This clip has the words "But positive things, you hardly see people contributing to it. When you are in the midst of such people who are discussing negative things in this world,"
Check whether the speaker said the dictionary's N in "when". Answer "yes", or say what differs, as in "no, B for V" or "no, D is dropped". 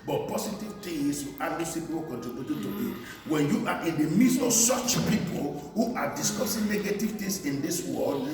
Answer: yes